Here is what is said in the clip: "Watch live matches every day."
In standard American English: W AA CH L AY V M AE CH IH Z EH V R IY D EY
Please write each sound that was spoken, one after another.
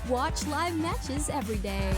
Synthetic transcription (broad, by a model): W AA CH L AY V M AE CH IH Z EH V R IY D EY